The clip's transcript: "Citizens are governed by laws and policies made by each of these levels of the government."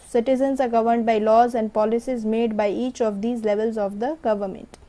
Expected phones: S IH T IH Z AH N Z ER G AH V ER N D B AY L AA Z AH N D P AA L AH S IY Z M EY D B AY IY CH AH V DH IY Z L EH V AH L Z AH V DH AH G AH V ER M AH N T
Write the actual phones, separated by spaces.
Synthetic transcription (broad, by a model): S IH T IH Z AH N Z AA G AH V ER N D B AY L AA Z AH N D P AA L AH S IY Z M EY D B AY IY CH AH V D IY Z L EH V AH L Z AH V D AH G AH V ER M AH N T